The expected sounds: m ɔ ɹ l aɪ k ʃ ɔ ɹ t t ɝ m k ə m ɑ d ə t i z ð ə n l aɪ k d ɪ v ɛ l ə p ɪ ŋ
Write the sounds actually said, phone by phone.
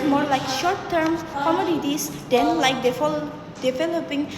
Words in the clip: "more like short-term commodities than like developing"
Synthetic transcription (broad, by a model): m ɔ ɹ l aɪ k ʃ ɔ ɹ t t ɝ m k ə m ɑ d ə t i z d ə n l aɪ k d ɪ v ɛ l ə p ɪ ŋ